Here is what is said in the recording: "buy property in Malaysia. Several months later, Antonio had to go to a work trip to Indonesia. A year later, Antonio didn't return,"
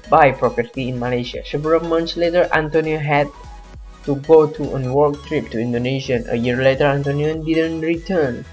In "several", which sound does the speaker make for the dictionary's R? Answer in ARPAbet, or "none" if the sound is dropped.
none